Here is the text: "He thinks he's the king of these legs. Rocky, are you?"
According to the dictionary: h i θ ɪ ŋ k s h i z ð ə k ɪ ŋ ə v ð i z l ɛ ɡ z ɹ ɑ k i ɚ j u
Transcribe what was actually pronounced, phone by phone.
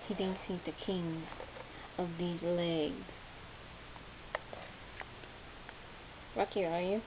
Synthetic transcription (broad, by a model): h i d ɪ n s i ð ə k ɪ ŋ ə v ð i z l ɛ ɡ z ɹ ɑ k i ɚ j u